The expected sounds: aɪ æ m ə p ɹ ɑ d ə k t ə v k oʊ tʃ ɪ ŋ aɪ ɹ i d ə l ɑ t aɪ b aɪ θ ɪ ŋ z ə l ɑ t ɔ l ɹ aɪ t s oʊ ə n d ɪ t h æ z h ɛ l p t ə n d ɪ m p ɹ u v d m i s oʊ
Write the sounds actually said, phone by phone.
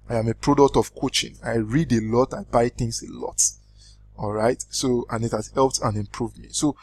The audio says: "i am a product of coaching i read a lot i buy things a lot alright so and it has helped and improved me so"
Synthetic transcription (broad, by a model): aɪ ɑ m ə p ɹ ɑ d ə k t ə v k oʊ tʃ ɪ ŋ aɪ ɹ i d ə l ɑ t aɪ b aɪ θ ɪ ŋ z ə l ɑ t ɔ l ɹ aɪ t s oʊ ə n ɪ t h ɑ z h ɛ l p t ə n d ɪ m p ɹ u v d m i s oʊ